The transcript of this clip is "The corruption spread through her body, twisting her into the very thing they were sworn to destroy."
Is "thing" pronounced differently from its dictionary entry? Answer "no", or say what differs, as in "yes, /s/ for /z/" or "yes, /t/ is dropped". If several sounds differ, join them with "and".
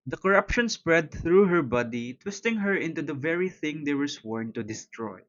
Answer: no